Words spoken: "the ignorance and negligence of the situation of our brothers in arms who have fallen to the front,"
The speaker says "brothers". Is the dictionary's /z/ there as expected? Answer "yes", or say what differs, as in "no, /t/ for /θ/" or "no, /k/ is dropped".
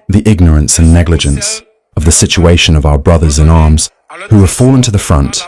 yes